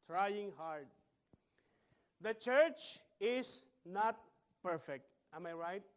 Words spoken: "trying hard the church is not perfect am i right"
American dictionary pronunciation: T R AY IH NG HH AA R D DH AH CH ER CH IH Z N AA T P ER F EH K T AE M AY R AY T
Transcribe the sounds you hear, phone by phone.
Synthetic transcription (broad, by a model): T R AY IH NG HH AA R D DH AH CH ER CH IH S N AA T P ER F EH K T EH M AY R AY T